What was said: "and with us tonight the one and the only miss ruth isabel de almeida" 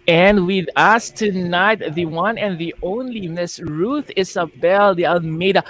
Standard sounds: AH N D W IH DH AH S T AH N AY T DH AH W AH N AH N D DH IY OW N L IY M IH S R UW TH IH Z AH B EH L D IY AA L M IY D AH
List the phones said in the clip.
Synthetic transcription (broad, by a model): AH N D W IH DH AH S T AH N AY T DH AH W AH N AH N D DH IY OW N L IY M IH S R UW TH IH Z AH B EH L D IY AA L M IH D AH